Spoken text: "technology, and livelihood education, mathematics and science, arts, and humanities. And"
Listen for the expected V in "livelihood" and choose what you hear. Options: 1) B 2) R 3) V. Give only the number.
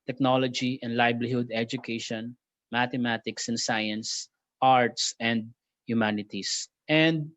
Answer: 1